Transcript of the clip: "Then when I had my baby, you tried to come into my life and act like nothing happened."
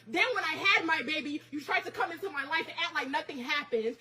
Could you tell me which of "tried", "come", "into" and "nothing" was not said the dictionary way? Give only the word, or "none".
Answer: none